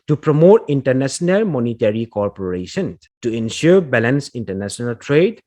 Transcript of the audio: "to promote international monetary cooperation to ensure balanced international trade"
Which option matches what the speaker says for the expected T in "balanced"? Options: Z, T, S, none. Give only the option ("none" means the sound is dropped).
none